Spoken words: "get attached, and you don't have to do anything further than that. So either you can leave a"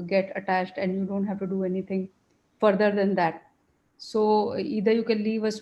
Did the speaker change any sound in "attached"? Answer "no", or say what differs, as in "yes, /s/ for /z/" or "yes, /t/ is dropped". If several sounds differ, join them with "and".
no